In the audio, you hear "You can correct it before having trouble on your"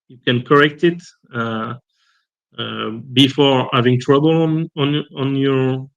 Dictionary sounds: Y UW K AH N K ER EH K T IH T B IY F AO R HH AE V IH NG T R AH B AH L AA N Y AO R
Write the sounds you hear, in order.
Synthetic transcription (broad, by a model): Y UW K AH N K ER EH K T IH T B IY F AO R HH AE V IH NG T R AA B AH N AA N Y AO R